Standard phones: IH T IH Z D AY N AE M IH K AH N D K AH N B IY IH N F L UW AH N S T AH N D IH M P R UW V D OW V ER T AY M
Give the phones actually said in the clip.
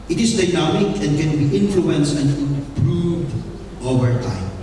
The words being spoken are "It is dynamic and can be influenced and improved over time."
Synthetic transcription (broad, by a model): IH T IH S D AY N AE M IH K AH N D K AH N B IY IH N F L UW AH N S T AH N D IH P R UW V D OW V ER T AY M